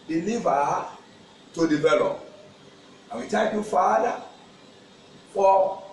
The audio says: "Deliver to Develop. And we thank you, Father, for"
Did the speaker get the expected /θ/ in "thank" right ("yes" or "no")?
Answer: no